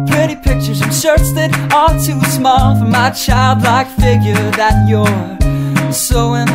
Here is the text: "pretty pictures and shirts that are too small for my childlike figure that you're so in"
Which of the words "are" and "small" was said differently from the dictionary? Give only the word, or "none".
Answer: are